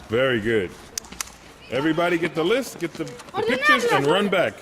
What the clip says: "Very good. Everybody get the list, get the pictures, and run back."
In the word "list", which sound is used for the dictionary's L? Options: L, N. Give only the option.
L